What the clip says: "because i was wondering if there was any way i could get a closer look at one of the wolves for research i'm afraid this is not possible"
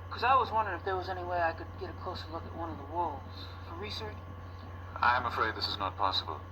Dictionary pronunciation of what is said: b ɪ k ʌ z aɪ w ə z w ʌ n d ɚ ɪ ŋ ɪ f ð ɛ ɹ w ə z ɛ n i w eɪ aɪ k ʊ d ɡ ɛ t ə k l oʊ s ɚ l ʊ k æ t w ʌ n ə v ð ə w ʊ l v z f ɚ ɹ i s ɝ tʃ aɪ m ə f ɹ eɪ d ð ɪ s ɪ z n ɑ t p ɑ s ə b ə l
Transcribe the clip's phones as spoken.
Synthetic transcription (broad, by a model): k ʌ z aɪ w ə z w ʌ n d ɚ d ɪ f ð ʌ ɹ w ə z ɛ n i w eɪ aɪ k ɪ d ɡ ɛ t ə k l oʊ s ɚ l ʊ k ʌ t w ʌ n ə v ð ə w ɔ l z f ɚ ɹ i s ɝ tʃ aɪ m ə f ɹ eɪ d ð ɪ s ɪ z n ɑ t p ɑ s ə b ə l